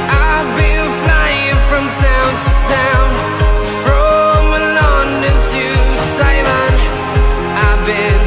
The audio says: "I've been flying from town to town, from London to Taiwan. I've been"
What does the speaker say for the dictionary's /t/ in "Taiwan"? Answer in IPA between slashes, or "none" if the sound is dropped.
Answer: /s/